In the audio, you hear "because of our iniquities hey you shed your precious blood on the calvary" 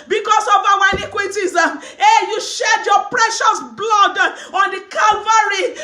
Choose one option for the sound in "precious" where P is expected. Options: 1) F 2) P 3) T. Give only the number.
2